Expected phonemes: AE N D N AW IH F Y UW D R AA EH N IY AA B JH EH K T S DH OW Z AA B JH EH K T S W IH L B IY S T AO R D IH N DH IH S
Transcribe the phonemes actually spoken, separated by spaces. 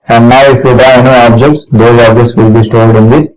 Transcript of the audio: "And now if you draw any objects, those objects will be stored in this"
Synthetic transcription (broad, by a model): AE N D N AW IH F Y UW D AA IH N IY AA B JH EH K T S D OW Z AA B JH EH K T S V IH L B IY S T AO L D IH N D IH S